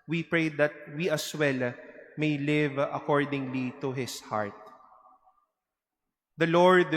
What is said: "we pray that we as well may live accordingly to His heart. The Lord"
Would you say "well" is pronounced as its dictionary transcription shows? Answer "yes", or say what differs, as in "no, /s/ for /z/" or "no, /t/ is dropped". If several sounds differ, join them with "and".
yes